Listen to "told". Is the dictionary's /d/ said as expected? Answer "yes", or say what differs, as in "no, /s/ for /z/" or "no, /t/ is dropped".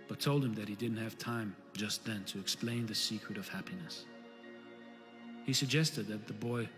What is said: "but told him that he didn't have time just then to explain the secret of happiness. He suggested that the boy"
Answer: yes